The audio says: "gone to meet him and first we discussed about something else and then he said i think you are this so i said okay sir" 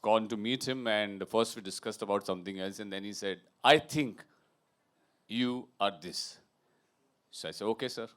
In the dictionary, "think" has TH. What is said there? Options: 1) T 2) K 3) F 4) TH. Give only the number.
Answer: 1